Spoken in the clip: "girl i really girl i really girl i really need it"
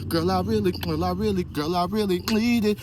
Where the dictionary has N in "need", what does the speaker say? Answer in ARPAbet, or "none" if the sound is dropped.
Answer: L